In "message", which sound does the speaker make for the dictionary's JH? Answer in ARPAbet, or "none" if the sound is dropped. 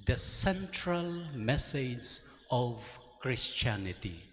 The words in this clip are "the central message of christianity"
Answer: Z